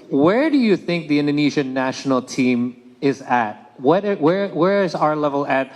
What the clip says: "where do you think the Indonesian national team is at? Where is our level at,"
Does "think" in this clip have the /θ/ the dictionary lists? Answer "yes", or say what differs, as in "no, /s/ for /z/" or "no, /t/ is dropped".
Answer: yes